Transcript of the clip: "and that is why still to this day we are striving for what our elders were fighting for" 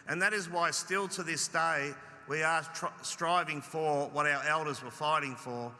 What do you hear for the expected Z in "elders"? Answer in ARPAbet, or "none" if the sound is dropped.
Z